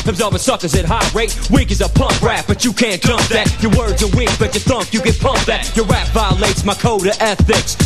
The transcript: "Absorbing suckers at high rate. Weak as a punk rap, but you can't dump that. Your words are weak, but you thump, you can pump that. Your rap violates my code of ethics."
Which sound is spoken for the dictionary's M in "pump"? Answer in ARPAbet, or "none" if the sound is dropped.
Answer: M